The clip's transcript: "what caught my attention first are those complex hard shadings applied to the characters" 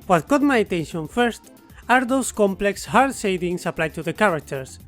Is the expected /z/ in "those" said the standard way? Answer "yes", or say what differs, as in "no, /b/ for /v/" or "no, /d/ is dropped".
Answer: no, /s/ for /z/